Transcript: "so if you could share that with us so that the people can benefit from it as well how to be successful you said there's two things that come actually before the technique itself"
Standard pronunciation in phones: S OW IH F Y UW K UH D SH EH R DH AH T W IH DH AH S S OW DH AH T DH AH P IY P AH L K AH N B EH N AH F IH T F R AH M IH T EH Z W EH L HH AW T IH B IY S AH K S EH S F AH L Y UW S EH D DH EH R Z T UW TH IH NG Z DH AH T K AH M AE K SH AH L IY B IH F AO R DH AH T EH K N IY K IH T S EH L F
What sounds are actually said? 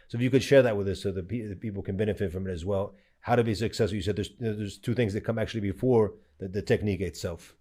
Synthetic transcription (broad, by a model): S OW IH F Y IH K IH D SH EH R DH AH T W IH DH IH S S OW DH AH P DH AH P IY P L K AH N B EH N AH F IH T F R AH M IH T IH Z W EH L HH AW T IH B IY S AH K S EH S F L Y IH S EH D DH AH R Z T UW TH IH NG Z DH AH T K AH M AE K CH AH L IY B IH F AO R DH AH T EH K N IY K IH T S EH L F